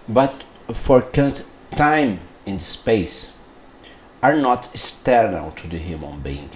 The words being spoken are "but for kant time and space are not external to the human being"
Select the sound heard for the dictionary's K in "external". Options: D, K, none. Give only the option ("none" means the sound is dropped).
none